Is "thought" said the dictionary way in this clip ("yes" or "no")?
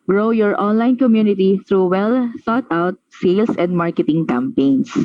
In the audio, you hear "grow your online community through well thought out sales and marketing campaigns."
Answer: no